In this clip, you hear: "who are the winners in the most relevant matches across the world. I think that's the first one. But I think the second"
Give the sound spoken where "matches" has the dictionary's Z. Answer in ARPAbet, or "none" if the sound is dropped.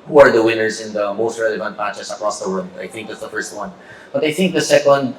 S